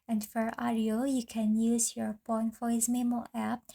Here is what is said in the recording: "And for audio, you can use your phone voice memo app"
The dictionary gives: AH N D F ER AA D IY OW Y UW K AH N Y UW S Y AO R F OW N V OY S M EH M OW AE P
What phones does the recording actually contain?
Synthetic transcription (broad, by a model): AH N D F ER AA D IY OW Y UW K AH N Y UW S Y AO R P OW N F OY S M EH M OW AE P